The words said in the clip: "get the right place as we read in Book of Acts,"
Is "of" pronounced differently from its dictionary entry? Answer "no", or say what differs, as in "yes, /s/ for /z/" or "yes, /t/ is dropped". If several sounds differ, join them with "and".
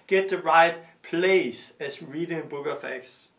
yes, /f/ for /v/